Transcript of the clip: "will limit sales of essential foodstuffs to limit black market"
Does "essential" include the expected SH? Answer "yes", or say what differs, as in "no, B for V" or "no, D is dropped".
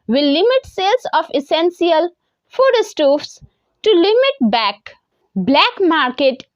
no, S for SH